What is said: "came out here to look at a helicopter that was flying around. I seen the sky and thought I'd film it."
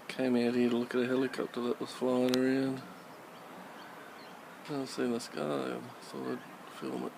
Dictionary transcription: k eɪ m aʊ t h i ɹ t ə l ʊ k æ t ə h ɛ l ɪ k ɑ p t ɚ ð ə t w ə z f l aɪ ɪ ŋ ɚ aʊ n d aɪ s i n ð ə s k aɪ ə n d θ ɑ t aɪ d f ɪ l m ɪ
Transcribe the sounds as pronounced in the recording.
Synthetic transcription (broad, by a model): k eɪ m aʊ t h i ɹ t ə l ʊ k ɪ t ə h ɛ l ɪ k ɑ p t ɚ ð ə t w ə z f l aɪ ɪ ŋ ɚ aʊ n d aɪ s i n ð ə s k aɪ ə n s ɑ aɪ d f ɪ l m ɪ